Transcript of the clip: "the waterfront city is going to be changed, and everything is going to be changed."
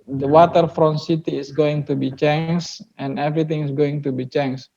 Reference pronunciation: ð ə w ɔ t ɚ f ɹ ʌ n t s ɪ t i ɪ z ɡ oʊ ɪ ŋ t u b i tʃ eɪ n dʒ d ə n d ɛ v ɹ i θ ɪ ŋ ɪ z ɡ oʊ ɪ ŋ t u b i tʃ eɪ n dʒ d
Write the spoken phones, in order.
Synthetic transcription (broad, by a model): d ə w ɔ t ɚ f ɹ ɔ n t s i t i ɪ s ɡ oʊ ɪ ŋ t u b i tʃ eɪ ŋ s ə n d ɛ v ɹ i t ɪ ŋ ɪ s ɡ oʊ ɪ ŋ t u b i tʃ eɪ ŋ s